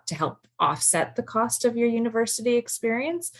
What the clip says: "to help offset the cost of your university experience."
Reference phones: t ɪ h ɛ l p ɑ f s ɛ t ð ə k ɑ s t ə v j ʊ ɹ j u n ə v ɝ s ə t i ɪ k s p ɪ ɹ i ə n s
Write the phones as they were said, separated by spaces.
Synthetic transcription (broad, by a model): t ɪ h ɛ l p ɑ f s ɛ t ð ə k ɑ s t ə v j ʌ ɹ j u n ə v ɝ s ə t i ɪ k s p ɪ ɹ i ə n s